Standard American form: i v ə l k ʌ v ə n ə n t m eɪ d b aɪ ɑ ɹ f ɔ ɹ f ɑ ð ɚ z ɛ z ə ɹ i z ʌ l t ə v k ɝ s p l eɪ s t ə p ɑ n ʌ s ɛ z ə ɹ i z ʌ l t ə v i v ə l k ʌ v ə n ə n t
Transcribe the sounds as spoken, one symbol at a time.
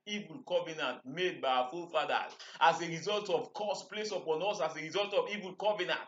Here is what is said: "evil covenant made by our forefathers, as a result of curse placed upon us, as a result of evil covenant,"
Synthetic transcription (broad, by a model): i v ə l k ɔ v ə n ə n t m eɪ d b aɪ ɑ f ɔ l f ɑ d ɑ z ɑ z ə ɹ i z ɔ l t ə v k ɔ s p l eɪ s ə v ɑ n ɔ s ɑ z ə ɹ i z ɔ l t ə v i v ə l k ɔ v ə n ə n t